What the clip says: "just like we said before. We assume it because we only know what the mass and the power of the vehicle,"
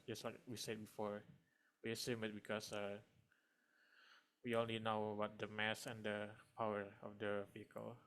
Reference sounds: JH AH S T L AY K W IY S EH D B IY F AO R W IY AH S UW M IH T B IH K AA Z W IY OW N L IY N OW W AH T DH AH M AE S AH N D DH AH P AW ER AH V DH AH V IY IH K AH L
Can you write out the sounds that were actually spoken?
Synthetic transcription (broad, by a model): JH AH S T L AY K W IY S EH D B IY F AO R W IY AH S UW M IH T B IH K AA S W IY OW N L IY N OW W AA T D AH M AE S AH N D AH P AW ER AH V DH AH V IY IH K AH L